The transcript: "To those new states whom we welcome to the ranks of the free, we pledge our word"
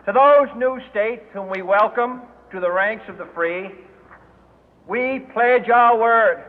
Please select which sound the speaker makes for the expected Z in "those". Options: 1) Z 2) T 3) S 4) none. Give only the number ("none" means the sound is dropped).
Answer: 1